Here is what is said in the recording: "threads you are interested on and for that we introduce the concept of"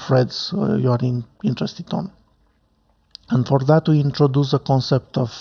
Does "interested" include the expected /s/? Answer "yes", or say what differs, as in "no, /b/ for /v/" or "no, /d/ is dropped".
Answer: yes